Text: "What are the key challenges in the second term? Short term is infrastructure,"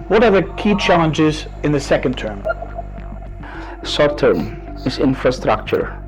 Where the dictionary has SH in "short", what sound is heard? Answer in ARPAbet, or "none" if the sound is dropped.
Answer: S